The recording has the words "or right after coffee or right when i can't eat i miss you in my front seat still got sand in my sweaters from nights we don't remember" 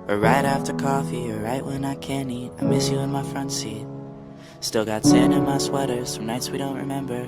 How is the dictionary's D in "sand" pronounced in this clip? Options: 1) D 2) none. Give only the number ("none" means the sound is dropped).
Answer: 2